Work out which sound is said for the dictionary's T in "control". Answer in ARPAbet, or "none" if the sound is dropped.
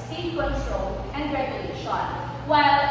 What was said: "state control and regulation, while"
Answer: S